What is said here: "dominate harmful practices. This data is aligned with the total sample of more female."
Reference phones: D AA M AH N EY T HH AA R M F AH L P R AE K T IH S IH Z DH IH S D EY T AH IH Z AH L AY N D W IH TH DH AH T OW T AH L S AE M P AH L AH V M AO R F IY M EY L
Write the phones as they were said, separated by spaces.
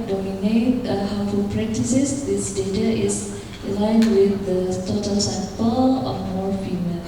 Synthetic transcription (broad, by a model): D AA M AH N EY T HH AA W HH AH P R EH K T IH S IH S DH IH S D EY T AH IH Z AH L AY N W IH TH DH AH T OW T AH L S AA P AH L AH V M AO R F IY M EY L